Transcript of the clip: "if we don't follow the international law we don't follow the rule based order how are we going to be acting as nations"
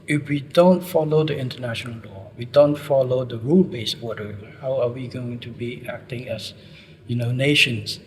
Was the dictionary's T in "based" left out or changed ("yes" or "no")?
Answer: yes